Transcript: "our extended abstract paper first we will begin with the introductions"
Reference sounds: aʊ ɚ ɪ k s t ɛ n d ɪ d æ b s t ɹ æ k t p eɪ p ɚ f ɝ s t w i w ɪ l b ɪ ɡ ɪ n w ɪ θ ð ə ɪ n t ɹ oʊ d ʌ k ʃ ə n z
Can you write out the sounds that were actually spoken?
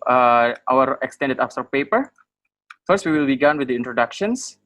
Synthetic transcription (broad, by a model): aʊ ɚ ɪ k s t ɛ n d ɪ d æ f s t ɔ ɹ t p eɪ p ɚ f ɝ s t w i w ɪ l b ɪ ɡ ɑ n w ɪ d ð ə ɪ n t ɹ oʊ d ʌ k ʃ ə n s